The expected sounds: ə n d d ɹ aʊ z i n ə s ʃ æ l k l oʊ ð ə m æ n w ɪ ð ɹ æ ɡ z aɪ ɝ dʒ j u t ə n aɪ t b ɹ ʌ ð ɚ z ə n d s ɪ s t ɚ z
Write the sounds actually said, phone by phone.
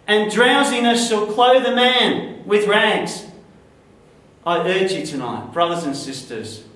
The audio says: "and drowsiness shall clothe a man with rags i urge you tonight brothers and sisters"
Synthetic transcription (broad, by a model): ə n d d ɹ aʊ z i n ə s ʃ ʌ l k l oʊ ð ə m æ n w ɪ ð ɹ æ ɡ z aɪ ɝ dʒ j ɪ t ə n aɪ t b ɹ ʌ ð ɚ z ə n s ɪ s t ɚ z